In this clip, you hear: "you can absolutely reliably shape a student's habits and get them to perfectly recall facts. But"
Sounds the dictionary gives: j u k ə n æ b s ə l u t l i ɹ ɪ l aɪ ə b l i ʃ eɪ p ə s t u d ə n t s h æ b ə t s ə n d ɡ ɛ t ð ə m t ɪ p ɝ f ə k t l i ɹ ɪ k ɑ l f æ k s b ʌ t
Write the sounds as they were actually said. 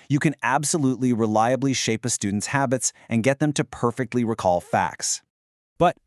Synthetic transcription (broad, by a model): j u k ə n æ b s ə l u t l i ɹ ɪ l aɪ ə b l i ʃ eɪ p ə s t u d n t s h æ b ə t s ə n ɡ ɛ t ð ə m t ɪ p ɝ f ə k t l i ɹ ɪ k ɑ l f æ k s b ʌ t